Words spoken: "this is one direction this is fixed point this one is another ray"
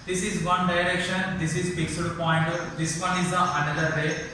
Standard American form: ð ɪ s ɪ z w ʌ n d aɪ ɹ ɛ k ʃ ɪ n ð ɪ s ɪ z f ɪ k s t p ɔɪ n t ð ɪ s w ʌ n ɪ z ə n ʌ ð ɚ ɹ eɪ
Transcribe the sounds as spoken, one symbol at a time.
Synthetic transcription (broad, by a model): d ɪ s ɪ z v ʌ n d aɪ ɹ ɛ k ʃ ɪ n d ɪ s ɪ z p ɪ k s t p ɔɪ n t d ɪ s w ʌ n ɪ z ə n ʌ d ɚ ɹ eɪ